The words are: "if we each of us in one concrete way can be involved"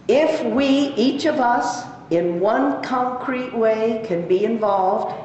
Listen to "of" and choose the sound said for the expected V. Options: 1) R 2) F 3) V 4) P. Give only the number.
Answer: 3